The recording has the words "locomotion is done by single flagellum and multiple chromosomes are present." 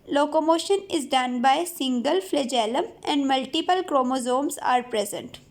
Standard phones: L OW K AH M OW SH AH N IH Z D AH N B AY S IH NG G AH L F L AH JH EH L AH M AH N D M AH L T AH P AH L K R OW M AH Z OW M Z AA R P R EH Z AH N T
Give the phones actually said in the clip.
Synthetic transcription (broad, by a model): L OW K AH M OW SH AH N IH Z D AH N B AY S IH NG G AH L F L AH JH EH L AH M AH N D M AH L T AH P AH L K R OW M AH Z OW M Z AA R P R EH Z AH N T